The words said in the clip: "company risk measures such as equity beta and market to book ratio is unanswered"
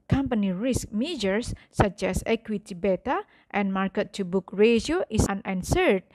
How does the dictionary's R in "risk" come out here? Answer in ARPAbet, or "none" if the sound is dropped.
R